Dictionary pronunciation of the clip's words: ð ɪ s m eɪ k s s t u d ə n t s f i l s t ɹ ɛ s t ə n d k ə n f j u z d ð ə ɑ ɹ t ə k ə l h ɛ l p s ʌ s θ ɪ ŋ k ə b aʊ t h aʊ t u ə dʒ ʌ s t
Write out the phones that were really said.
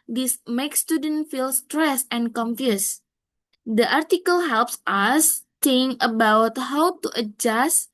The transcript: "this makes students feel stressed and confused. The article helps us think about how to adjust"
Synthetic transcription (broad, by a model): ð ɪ s m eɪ k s s t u d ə n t f i l s t ɹ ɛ s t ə n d k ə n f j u s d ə ɑ ɹ t ə k ə l h ɛ l p s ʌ s t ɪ ŋ ə b aʊ t h aʊ t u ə dʒ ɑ s t